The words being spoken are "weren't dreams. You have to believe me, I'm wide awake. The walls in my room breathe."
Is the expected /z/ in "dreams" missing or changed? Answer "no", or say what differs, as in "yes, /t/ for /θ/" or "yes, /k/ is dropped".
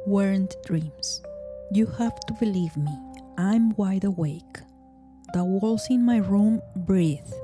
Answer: yes, /s/ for /z/